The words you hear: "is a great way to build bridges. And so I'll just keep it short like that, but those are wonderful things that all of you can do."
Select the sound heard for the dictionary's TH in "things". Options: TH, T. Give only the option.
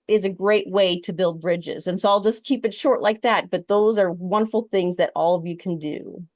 TH